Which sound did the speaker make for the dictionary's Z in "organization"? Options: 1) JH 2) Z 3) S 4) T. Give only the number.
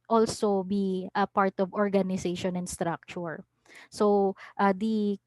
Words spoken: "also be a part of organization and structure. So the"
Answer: 3